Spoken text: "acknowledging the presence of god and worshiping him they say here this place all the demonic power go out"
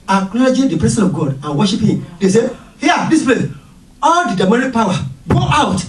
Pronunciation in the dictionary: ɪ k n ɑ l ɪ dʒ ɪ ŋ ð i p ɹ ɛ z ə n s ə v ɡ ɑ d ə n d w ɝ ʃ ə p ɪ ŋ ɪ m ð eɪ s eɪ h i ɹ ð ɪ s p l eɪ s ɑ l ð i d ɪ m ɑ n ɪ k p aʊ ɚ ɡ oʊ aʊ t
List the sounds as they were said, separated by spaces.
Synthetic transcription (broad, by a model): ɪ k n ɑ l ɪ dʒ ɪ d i p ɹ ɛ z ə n ə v ɡ ɑ d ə n w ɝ ʃ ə p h ɪ m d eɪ s eɪ h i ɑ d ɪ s p l eɪ s ɑ l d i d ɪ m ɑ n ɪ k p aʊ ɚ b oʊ aʊ t